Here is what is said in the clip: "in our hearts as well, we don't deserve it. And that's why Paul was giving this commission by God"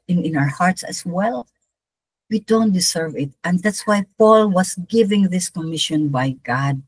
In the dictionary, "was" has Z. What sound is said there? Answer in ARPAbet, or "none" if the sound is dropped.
S